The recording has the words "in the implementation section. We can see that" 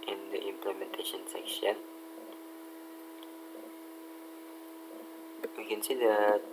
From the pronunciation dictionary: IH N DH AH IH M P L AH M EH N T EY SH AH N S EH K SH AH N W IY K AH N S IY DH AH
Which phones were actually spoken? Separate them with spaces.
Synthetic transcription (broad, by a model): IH N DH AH IH M P L AH M EH N T EY SH AH N S EH K SH AH N W IY K AH N S IY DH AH